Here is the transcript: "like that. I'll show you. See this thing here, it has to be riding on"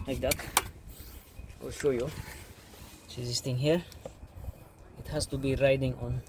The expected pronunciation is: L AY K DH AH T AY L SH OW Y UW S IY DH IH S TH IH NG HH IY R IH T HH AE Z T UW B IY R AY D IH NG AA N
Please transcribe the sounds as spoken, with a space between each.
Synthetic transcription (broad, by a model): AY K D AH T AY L SH OW Y UW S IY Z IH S T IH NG HH IY R IH T HH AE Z T UW B IY R AY D IH NG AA N